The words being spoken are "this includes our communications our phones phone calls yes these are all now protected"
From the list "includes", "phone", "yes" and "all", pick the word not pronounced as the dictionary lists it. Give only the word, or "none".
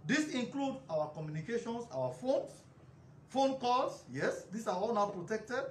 includes